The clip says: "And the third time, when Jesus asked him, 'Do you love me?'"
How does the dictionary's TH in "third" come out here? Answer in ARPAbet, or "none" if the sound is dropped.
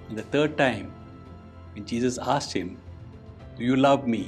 T